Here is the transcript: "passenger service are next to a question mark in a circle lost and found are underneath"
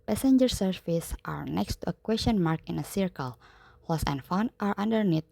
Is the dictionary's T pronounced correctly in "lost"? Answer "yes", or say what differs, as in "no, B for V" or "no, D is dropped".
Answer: no, T is dropped